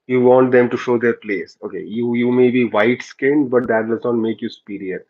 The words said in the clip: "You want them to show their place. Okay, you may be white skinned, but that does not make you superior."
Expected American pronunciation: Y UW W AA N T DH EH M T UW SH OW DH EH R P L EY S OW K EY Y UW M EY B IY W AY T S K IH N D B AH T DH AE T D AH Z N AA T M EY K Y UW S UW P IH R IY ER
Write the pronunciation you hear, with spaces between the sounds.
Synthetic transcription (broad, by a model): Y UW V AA N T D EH M T UW SH OW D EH R P L EY S OW K EY Y UW M EY B IY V AY T S K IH N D B AH T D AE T D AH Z N AA T M EY K Y UW S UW P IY R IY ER